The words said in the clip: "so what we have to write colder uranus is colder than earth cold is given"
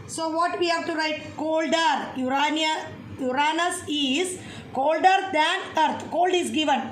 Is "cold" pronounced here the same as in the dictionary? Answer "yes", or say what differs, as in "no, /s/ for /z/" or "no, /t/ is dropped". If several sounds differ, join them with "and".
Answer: yes